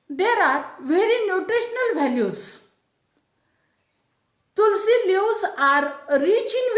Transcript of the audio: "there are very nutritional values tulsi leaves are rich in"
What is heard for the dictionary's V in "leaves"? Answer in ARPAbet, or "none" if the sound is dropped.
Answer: none